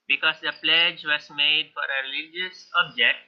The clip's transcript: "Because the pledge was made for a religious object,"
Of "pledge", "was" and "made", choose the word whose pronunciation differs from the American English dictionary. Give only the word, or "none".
was